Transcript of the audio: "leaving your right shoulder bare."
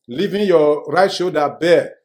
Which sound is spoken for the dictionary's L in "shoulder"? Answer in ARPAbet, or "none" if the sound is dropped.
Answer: none